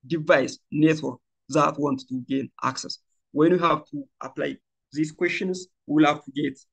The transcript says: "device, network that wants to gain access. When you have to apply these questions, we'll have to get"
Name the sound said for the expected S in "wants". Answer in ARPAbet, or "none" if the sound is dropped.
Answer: none